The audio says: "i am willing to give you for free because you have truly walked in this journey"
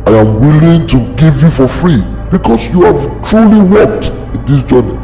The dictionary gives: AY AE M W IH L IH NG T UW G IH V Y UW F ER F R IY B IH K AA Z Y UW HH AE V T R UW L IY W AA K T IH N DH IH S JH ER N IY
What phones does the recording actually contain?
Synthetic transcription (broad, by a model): AY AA M W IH L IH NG T UW G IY V Y UW F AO F R IY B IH K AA S Y UW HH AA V T R UW L IY W AA K T IH N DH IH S JH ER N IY